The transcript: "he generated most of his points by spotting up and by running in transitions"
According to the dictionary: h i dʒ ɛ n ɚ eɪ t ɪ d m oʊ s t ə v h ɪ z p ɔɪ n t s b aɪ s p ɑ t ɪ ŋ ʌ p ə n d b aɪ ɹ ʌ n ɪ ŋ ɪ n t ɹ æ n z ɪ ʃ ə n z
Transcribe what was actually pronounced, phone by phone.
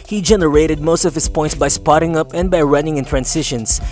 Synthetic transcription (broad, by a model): h i dʒ ɛ n ɚ eɪ t ɪ d m oʊ s t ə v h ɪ s p ɔɪ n t s b aɪ s p ɑ t ɪ ŋ ʌ p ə n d b aɪ ɹ ʌ n ɪ ŋ ɪ n t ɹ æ n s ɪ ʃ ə n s